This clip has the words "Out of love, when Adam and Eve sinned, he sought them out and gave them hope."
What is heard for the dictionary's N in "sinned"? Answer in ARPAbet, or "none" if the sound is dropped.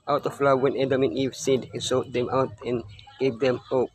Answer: none